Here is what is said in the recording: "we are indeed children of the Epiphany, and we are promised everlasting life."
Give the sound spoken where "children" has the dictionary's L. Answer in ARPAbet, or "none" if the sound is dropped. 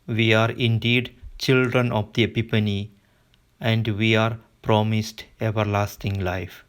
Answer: L